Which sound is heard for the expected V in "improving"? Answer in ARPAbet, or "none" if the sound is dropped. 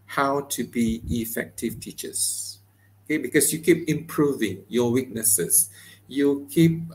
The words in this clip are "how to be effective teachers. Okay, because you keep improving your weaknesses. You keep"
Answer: V